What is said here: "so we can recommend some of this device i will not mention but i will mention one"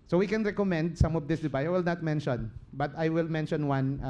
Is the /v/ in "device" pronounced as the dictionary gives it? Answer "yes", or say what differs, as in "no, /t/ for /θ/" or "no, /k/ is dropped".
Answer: no, /b/ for /v/